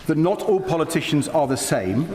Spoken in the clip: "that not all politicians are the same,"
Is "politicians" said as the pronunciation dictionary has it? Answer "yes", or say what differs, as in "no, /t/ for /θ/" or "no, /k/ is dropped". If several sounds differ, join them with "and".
yes